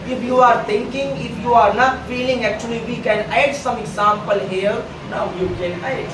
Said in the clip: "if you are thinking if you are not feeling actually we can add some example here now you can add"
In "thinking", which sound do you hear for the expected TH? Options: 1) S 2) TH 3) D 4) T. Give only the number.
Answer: 4